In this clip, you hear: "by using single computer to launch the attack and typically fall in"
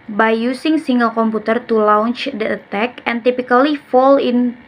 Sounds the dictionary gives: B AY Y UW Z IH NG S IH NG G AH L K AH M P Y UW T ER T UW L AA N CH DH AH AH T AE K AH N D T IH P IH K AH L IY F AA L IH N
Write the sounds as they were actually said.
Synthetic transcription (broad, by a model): B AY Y UW S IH NG S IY NG G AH L K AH M P UW T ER T UW L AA N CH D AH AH T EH K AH N T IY P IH K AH L IY F AA L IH N